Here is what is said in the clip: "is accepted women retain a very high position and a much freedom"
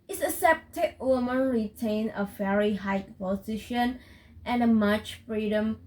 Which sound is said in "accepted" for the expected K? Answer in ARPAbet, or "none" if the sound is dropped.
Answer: none